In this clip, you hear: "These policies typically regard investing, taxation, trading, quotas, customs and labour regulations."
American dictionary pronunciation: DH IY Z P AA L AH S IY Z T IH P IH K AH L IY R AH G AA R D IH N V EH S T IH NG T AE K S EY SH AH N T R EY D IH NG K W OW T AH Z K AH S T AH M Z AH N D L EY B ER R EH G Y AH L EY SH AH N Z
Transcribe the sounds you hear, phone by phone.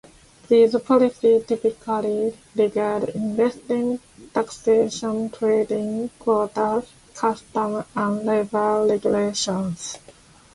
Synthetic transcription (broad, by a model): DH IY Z P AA L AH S IY T IH P IH K AH L IY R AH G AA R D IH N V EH S T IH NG T AE K S EY SH AH N T R EY D IH NG K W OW T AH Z K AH S T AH M AH N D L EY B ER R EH G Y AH L EY SH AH N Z